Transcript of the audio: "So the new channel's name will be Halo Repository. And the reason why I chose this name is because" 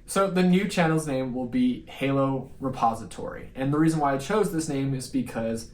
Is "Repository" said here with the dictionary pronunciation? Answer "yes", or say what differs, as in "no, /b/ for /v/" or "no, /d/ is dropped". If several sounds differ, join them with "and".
yes